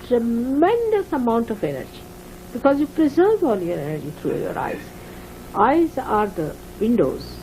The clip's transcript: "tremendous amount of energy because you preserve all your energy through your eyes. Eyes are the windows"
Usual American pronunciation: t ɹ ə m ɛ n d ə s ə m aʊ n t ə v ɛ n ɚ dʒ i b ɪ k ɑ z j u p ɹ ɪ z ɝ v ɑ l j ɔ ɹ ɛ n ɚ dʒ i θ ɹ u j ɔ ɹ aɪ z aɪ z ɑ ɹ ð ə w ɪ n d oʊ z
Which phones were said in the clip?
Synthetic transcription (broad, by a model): t ɹ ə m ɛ n d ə s ə m aʊ n t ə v ɛ n ɚ dʒ i b ɪ k ɑ z j u p ɹ ɪ z ɝ v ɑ n j ɔ ɹ ɛ n ɚ dʒ i t ɹ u j ɔ ɹ aɪ z aɪ z ɑ ɹ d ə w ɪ n d oʊ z